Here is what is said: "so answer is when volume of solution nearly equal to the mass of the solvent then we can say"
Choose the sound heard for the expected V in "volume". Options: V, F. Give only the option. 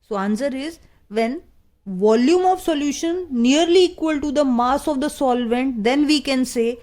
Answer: V